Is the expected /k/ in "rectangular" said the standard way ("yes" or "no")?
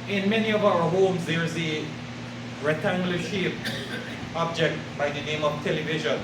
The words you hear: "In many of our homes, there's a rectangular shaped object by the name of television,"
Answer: no